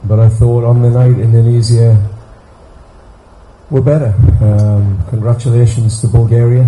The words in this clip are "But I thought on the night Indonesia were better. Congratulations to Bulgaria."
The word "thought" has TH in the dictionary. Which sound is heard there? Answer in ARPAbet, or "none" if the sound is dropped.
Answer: TH